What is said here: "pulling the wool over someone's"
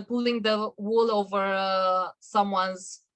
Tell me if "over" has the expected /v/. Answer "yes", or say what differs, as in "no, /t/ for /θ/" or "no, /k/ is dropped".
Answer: yes